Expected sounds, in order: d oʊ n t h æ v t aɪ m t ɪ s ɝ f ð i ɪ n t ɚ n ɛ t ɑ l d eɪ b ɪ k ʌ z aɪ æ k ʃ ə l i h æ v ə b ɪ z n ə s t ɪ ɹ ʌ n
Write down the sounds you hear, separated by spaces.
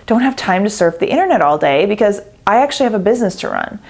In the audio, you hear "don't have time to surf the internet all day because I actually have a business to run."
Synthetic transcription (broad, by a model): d oʊ n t h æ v t aɪ m t ɪ s ɝ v ð i ɪ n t ɚ n ɛ t ɑ l d eɪ b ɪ k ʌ z aɪ æ k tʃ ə l i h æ v ə b ɪ z n ə s t ɪ ɹ ʌ n